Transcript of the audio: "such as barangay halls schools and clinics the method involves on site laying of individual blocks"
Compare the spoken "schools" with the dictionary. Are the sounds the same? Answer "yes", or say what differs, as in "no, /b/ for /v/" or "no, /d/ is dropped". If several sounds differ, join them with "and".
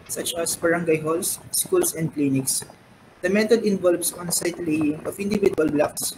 no, /s/ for /z/